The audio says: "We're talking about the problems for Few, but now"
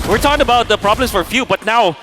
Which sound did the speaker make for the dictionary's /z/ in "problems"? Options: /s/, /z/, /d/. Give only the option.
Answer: /s/